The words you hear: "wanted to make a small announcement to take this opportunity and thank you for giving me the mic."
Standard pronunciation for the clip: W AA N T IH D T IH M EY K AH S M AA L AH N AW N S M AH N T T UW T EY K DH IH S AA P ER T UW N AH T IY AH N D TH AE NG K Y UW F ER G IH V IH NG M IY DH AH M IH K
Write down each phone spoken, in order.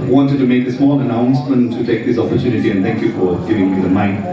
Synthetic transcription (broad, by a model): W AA N T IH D T IH M EY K AH S M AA N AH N AW N S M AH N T T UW T EY K DH IH S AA P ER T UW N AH T IY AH N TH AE NG K Y UW F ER G IH V IH NG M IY DH AH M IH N